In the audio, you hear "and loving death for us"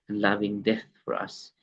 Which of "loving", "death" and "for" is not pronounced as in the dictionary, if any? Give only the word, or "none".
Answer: none